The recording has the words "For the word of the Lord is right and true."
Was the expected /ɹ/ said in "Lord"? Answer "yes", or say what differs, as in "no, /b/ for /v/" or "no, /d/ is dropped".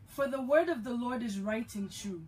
yes